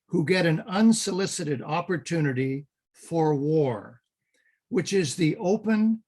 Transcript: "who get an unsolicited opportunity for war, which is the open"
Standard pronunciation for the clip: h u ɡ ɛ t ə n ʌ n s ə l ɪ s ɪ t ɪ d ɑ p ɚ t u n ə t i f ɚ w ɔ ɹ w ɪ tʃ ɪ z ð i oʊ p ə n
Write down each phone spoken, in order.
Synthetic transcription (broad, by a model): h u ɡ ɛ t ə n ʌ n s ə l ɪ s ɪ t ɪ d ɑ p ɚ t u n ə t i f ɚ w ɔ ɹ w ɪ tʃ ɪ z ð i oʊ p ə n